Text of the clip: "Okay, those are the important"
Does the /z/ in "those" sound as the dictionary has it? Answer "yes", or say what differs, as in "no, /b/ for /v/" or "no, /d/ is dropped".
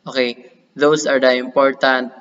no, /s/ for /z/